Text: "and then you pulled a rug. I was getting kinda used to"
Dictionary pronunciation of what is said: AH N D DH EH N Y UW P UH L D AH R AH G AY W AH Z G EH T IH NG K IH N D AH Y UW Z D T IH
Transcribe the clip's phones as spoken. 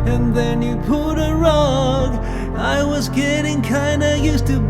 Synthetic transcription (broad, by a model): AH N DH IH N Y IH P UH D AH R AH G AY W AH Z G EH T IH NG K IH N D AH Y UW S T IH